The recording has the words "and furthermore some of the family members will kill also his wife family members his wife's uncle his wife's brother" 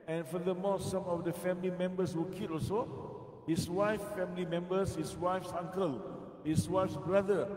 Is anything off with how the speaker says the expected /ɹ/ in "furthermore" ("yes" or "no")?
yes